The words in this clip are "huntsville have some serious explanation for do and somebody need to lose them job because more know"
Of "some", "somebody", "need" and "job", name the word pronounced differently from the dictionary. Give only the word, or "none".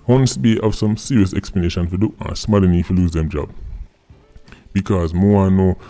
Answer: somebody